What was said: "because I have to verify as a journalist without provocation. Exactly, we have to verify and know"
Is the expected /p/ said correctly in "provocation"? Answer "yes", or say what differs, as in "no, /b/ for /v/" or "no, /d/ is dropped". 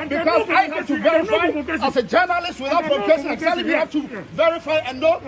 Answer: no, /f/ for /p/